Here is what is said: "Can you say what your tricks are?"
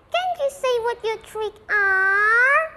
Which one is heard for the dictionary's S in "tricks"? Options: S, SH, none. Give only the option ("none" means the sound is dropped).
none